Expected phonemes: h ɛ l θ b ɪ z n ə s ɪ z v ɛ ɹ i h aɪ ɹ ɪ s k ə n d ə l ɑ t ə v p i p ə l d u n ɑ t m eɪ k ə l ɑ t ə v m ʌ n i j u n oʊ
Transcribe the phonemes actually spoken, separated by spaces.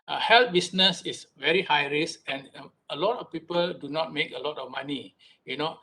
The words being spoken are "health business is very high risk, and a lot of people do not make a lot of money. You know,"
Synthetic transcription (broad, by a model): h ɛ l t b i s n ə s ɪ s v ɛ ɹ i h aɪ ɹ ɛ s ə n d ə l ɑ t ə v p i p ə l d u n ɑ t m eɪ k ə l ɑ t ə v m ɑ n i j u n oʊ